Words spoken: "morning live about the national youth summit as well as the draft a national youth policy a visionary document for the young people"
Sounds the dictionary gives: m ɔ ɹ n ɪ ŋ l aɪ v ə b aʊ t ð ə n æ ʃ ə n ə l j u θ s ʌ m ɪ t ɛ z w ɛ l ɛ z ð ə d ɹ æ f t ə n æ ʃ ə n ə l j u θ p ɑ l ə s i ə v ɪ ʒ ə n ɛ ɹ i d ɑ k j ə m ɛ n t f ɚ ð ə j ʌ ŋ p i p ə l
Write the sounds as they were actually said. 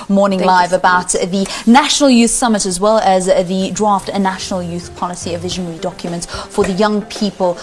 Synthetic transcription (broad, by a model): m ɔ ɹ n ɪ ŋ l aɪ v ə b aʊ t ð ə n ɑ ʃ ə n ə l j u θ s ʌ m ɪ t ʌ z w ɛ l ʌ z ð ə d ɹ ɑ f t ə n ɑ ʃ ə n ə l j u θ p ɑ l ə s i ə v ɪ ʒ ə n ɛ ɹ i d ɑ k j ə m ɛ n t f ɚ ð ə j ʌ ŋ p i p ə l